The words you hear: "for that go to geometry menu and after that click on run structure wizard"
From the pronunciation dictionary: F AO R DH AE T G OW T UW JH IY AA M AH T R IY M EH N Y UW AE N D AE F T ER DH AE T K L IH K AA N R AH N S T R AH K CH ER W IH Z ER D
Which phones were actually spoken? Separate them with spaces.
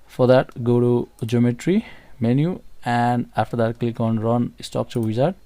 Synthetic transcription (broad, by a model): F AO R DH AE T G OW T UW JH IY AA M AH T R IY M EH N Y UW AE N D AE F T ER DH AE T K L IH K AA N R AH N S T AO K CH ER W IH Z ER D